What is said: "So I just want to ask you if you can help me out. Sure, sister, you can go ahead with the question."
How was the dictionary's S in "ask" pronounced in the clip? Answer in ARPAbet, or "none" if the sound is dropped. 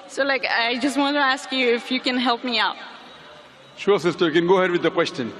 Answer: S